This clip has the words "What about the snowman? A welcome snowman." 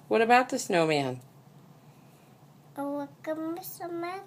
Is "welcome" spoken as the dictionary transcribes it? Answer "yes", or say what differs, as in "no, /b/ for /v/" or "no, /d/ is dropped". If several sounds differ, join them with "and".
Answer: no, /l/ is dropped